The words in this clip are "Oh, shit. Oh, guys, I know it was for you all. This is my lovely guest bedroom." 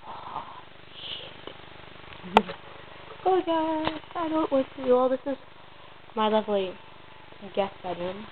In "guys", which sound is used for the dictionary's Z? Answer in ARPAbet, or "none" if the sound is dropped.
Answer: S